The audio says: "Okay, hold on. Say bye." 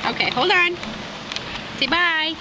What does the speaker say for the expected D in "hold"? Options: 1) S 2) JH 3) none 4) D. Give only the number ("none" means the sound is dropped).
3